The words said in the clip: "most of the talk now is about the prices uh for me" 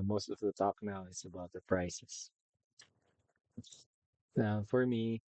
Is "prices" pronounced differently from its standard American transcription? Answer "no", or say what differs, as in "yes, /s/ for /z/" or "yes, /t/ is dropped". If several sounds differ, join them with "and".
yes, /s/ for /z/